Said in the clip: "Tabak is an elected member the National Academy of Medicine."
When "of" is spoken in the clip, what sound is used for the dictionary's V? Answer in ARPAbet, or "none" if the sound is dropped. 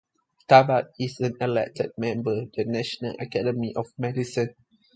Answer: F